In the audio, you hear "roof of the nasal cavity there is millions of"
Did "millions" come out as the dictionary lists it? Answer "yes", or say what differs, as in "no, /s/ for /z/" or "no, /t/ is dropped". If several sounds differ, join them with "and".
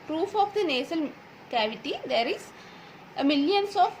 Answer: no, /s/ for /z/